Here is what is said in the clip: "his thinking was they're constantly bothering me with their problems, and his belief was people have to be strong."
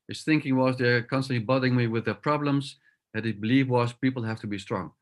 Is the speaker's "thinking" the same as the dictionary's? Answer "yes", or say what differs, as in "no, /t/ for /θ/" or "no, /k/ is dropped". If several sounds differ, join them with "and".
yes